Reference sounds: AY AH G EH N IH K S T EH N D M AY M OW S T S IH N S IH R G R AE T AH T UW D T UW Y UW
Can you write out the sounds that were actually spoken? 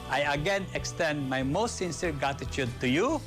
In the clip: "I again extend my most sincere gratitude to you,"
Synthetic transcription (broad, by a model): AY AH G EH N IH K S T EH N D M AY M OW S T S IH N S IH R G AE T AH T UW D T UW Y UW